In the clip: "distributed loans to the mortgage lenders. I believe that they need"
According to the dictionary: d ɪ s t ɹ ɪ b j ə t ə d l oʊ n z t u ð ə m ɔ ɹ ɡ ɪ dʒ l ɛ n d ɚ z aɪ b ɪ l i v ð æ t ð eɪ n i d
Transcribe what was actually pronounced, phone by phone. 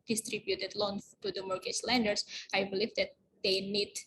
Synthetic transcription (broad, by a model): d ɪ s t ɹ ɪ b j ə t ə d l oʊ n t u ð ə m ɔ ɹ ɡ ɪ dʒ l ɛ n d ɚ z aɪ b ɪ l i v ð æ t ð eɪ n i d